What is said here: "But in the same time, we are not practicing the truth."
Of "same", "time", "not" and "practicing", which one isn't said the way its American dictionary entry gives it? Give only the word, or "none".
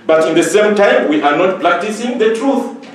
practicing